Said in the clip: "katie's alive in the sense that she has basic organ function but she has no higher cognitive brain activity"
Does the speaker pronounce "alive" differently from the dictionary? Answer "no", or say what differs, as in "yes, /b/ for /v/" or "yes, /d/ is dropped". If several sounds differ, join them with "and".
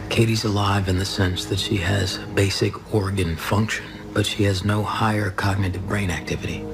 no